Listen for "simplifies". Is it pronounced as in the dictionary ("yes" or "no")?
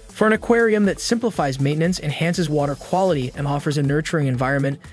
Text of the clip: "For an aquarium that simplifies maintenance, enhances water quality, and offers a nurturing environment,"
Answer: yes